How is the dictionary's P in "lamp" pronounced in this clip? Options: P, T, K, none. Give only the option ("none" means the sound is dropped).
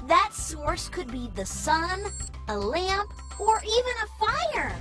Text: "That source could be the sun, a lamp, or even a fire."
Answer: P